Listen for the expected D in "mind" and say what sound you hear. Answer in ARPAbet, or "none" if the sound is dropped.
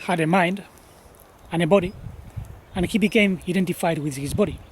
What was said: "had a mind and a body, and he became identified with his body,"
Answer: D